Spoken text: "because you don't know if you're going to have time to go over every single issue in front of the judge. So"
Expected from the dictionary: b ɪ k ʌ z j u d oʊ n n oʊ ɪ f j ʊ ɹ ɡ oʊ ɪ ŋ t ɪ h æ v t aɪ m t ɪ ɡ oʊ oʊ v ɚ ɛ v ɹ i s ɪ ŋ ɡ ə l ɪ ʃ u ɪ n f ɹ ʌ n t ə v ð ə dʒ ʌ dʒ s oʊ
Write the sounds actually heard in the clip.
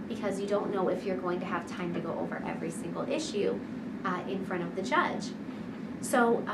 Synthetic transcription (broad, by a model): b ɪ k ʌ z j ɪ d oʊ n n oʊ ɪ f j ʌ ɹ ɡ oʊ ɪ ŋ t ɪ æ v t aɪ m t ɪ ɡ oʊ oʊ v ɚ ɛ v ɹ i s ɪ ŋ ɡ l ɪ ʃ u ɪ n f ɹ ʌ t ə v ð ə dʒ ʌ dʒ s oʊ